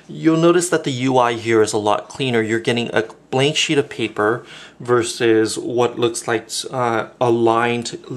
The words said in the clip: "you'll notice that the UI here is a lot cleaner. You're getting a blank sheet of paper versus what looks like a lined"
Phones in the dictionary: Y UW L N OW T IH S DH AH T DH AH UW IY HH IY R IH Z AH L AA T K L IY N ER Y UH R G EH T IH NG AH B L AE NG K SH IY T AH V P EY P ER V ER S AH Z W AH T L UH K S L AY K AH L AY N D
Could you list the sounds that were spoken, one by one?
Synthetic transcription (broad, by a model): Y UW L N OW T IH S DH AH T DH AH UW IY HH IY R IH Z AH L AA T K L IY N ER Y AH R G EH T IH NG AH B L AE NG K SH IY T AH V P EY P ER V ER S AH Z W AH T L UH K S L AY K AH L AY N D